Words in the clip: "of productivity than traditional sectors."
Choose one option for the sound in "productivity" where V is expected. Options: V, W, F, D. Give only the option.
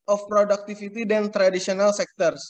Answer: F